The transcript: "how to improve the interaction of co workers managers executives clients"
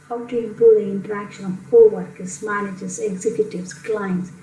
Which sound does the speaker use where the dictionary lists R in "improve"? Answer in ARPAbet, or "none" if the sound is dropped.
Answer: none